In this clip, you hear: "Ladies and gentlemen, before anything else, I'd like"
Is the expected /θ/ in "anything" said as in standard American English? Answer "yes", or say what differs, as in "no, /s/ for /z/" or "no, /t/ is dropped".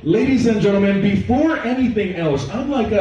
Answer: yes